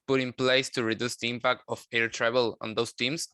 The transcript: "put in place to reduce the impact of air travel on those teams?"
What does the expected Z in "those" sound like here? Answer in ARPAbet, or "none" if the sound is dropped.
S